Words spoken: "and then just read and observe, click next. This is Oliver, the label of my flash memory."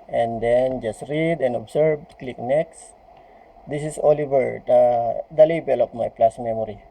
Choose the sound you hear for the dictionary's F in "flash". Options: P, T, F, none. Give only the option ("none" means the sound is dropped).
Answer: P